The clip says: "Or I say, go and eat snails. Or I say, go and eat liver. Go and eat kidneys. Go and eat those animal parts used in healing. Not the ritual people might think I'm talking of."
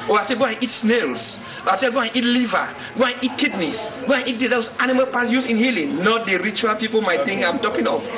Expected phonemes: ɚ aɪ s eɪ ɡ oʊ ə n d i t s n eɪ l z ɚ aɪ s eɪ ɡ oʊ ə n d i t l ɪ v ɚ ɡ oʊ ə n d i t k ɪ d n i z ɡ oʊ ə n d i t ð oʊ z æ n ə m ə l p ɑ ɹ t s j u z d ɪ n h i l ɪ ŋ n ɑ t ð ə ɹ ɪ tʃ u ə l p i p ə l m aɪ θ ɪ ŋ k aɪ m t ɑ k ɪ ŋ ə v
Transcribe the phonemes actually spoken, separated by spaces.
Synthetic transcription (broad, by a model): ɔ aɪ s eɪ ɡ oʊ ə n i t s n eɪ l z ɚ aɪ s eɪ ɡ oʊ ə n i t l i v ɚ ɡ oʊ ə n i t k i d n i s ɡ oʊ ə n i t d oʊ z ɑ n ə m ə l p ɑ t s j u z ɪ n h i l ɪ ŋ n ɑ t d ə ɹ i tʃ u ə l p i p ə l m aɪ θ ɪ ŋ aɪ m t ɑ k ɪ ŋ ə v